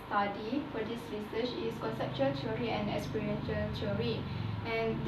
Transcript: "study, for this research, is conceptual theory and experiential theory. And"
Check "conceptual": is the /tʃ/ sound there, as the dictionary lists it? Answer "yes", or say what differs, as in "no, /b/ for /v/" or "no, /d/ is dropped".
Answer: yes